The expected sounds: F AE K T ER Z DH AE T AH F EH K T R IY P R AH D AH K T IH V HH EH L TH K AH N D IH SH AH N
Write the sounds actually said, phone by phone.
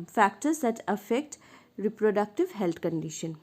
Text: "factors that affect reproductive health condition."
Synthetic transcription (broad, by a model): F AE K T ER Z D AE T AH F EH K T R IY P R AH D AH K T IH V HH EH L T K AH N D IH SH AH N